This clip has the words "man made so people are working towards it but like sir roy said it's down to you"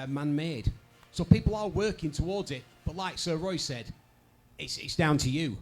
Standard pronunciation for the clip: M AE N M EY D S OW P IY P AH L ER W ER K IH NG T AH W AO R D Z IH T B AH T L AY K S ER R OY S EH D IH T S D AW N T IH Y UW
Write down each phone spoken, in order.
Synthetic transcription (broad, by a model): M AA N M EY D S OW P IY P L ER W ER K IH NG T AH W AO R D Z IH T B AH T L AY K S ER R OY S EH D IH T S D AW N T IH Y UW